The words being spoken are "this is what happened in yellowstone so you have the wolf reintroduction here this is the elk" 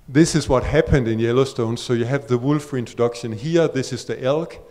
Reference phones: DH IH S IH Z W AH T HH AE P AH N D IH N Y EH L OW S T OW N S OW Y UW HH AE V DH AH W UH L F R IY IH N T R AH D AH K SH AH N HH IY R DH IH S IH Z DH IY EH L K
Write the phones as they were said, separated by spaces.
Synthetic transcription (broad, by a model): DH IH S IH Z W AH T HH AE P AH N D IH N Y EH L OW S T OW N S OW Y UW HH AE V DH AH W UH L F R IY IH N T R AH D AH K SH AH N HH IY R DH IH S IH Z DH IY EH L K